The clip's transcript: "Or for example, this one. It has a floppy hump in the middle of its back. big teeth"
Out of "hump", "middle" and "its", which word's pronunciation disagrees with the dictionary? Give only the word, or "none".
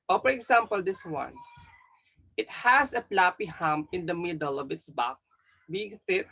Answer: hump